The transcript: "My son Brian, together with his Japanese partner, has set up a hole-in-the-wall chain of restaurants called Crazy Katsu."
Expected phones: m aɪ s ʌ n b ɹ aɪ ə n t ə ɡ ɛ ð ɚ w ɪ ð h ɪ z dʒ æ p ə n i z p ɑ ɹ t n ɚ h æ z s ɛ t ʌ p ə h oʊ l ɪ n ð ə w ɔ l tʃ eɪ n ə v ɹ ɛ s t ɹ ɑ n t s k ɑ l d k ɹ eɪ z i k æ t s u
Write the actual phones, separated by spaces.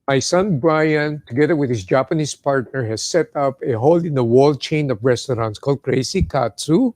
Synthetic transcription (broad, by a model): m aɪ s ʌ n b ɹ aɪ ə n t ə ɡ ɛ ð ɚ w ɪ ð h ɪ s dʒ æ p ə n i s p ɑ ɹ t n ɚ h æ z s ɛ t ʌ p ə h oʊ l ɪ n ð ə w ɔ l tʃ eɪ n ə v ɹ ɛ s t ɹ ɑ n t s k ɑ l d k ɹ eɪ s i k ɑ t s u